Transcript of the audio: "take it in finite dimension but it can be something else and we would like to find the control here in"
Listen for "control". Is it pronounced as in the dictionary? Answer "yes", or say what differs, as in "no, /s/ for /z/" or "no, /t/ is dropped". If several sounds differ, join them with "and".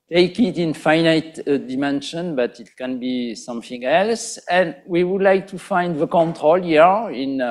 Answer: yes